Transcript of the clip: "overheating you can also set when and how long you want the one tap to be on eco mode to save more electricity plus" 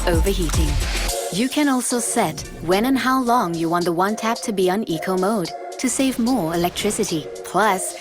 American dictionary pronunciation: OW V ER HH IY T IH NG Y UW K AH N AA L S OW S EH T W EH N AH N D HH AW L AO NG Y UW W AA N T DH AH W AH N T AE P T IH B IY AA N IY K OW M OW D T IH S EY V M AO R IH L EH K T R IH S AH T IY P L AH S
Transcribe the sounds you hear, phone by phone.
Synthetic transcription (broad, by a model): OW V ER HH IY T IH NG Y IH K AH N AA L S OW S EH T W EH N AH N HH AW L AO NG Y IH W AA N DH AH W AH N T AE P T IH B IY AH N IY K OW M OW D T IH S EY V M AO R IH L EH K T R IH S AH T IY P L AH S